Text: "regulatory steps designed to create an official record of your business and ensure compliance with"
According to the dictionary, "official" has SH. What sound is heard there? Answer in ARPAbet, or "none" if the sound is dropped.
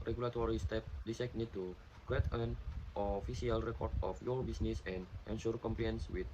S